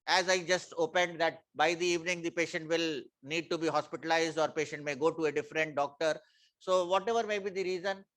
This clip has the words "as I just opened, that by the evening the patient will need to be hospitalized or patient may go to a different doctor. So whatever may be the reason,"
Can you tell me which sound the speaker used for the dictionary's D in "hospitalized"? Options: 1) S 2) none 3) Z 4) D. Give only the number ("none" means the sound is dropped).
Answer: 4